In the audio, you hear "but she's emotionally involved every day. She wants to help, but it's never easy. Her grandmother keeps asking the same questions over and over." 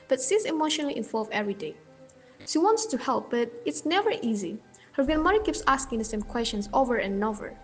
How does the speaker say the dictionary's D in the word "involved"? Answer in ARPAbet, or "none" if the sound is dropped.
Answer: none